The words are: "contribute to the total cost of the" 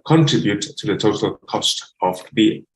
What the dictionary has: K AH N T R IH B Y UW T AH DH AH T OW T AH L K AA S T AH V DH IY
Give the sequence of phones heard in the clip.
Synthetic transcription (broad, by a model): K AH N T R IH B Y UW T AH DH AH T OW T AH L K AA S T AH V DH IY